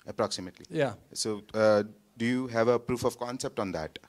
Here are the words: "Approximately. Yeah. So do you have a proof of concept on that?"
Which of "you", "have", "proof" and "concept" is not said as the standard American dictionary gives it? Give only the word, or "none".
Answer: none